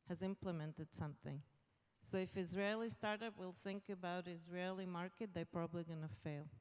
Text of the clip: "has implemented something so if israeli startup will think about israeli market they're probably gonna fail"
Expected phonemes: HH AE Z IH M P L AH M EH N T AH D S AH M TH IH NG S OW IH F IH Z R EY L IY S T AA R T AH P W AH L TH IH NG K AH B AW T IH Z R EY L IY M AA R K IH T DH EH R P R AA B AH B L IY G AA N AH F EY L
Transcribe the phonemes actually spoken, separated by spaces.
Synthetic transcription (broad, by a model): HH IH Z IH M P L AH M EH N T AH D S AH M TH IH NG S OW IH F IH Z R EY L IY S T AA R T AH P W AH L TH IH NG K AH B AW T IH Z R EY L IY M AA R K IH T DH EH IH P R AA B AH B L IY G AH N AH F EY L